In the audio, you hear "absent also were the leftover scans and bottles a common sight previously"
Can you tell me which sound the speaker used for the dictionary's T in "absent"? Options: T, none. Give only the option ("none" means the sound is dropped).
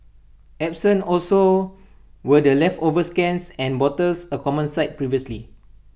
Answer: none